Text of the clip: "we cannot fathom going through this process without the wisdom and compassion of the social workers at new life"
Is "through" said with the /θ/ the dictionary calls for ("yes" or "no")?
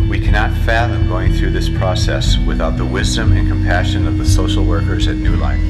yes